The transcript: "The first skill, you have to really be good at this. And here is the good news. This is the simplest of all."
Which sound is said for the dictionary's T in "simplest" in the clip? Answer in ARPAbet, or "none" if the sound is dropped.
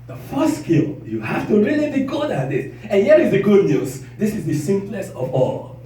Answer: none